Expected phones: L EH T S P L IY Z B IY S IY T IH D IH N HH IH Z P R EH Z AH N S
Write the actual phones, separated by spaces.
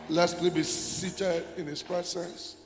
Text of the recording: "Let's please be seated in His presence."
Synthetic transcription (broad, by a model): L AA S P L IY B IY S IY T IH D IH N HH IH S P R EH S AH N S